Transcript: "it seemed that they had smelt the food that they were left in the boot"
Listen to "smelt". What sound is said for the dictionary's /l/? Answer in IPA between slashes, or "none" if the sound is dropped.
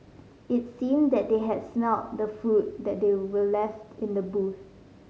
none